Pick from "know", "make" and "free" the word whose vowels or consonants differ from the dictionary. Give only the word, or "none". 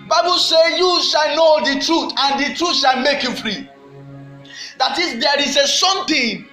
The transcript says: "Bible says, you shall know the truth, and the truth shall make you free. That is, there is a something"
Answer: none